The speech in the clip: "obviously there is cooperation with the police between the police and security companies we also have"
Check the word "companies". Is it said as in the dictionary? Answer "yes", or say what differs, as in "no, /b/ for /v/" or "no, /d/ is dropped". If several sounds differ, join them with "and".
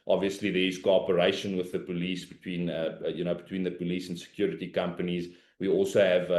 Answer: yes